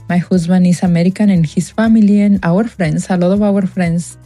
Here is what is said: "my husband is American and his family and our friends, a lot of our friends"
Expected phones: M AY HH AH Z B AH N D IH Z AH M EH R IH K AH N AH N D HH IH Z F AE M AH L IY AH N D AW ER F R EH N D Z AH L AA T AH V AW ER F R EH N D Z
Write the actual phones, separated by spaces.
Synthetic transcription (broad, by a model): M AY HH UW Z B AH N IH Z AH M EH R IH K AH N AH N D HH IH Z F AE M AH L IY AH N AW ER F R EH N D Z AH L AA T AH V AW ER F R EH N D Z